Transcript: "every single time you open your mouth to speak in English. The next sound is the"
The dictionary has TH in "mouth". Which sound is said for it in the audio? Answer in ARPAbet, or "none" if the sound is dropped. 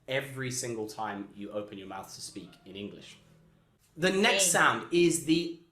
TH